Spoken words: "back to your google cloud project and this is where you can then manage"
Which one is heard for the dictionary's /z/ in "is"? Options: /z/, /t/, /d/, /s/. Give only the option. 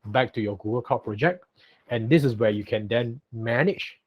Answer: /s/